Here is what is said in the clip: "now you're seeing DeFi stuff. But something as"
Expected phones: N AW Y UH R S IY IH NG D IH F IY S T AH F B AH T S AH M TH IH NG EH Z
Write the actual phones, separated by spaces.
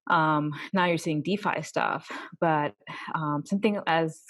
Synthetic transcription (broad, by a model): N AW Y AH R S IY IH NG D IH F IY S T AH F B AH T S AH M TH IH NG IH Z